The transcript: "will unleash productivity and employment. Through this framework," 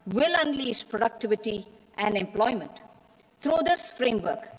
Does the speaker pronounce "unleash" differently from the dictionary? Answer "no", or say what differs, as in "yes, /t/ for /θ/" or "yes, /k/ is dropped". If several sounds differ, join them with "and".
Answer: yes, /s/ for /ʃ/